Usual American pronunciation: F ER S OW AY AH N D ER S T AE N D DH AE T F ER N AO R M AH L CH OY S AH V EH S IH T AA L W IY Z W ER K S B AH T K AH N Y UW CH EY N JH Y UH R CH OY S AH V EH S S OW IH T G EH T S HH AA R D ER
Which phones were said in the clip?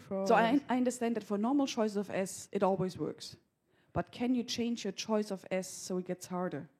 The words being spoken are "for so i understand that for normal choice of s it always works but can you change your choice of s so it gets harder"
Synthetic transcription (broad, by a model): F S OW AY AH N D ER S T AE N D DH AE T F ER N AO R M L CH OY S AH V EH S IH T AA L W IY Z W ER K S B AH T K AH N Y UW CH EY N JH Y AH R CH OY S AH V EH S S OW IH T G EH T S HH AA R D ER